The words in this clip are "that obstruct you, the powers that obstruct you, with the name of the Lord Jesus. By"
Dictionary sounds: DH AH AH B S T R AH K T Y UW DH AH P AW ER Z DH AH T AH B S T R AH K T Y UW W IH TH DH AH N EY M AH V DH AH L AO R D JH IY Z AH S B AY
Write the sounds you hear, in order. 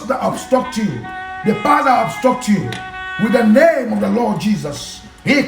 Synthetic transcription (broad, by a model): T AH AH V S T AH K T Y UW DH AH F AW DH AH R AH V S T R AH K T Y UW W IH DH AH N EY M AH V DH AH L AO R D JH IY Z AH S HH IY